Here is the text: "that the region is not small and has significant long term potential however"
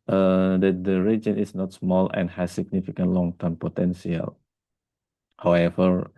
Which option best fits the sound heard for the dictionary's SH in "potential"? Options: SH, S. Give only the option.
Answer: S